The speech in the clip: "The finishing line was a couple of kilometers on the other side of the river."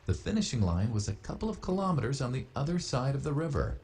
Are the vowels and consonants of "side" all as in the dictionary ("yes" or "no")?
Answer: yes